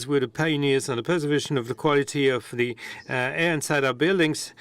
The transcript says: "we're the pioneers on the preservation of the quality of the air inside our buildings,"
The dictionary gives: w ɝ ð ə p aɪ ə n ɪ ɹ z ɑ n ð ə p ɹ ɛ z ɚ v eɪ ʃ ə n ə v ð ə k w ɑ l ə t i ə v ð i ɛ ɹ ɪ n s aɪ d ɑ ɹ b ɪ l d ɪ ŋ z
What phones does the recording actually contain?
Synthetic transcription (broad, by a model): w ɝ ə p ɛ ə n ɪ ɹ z n ð ə p ɛ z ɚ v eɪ ʃ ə n ə v ð ə k w ɑ l ə t i ə v ð i ɛ ɹ ɪ n s aɪ d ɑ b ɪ l d ɪ ŋ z